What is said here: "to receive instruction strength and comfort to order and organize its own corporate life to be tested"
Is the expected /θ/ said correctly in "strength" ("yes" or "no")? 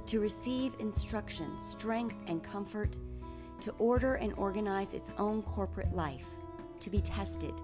yes